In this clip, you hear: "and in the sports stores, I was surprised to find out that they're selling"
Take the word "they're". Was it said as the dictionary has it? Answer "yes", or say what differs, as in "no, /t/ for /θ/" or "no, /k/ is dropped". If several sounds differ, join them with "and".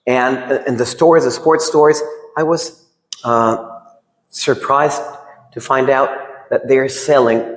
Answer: yes